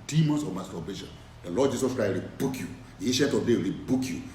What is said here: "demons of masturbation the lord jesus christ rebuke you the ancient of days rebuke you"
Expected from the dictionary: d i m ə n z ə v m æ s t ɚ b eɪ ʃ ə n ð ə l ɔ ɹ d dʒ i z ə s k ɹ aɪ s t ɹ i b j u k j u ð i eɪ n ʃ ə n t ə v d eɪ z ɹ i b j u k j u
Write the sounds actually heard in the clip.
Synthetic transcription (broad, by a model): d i m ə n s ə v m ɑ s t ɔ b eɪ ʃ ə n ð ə l ɔ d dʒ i s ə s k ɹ aɪ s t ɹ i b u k j u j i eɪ ʃ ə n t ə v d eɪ ɹ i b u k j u